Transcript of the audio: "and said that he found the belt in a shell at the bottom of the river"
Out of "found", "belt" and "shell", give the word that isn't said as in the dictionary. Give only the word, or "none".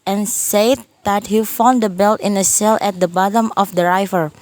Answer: shell